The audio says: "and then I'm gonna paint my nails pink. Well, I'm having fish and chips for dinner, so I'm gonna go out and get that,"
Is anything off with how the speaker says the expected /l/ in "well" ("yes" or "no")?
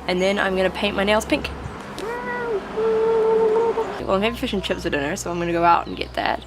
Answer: yes